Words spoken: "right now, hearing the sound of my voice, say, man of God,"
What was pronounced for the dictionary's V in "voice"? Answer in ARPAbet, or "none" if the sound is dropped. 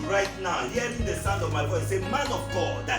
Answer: W